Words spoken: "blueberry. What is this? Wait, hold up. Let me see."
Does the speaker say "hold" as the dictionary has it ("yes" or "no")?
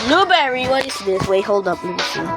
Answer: yes